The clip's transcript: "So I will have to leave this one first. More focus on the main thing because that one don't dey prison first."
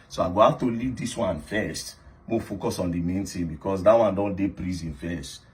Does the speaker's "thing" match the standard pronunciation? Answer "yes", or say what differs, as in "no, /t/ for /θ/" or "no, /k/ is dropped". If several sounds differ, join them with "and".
no, /t/ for /θ/